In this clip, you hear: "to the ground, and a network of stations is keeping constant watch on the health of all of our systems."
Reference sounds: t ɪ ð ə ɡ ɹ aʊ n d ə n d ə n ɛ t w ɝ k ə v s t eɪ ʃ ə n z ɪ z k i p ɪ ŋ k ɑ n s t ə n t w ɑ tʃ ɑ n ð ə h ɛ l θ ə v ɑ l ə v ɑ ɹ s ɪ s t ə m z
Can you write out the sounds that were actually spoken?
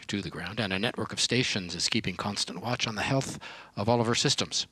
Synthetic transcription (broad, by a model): t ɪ ð ə ɡ ɹ aʊ n d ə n ə n ɛ t w ɝ k ə v s t eɪ ʃ ə n z ɪ z k i p ɪ ŋ k ɑ n s t ə n t w ɑ tʃ n ð ə h ɛ l θ ə v ɑ l ə v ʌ ɹ s ɪ s t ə m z